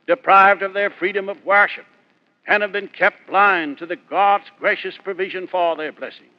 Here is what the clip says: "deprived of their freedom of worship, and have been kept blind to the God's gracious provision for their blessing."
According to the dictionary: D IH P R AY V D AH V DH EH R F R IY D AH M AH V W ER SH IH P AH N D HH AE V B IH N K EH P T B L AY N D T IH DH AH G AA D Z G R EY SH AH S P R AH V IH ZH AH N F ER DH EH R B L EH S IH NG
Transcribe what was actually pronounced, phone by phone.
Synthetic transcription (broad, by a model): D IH P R AY V D AH V DH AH R F R IY D AH M AH V W ER SH IH P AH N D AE V B IH N K EH P T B L AY N T IH DH AH G AA D Z G R EY SH AH S P R AH V IH ZH AH N F ER DH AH R B L EH S IH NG